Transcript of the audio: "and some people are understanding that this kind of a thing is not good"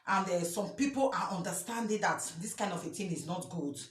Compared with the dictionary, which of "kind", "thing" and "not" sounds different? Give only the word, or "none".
thing